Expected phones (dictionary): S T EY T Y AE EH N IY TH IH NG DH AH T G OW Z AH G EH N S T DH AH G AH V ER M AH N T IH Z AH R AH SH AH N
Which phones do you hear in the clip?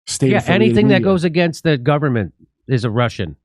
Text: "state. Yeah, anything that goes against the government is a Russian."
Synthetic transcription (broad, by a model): S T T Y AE EH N IY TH IH NG DH AH T G OW Z AH G EH N S T DH AH G AH V ER M AH N T IH Z AH R AH SH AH N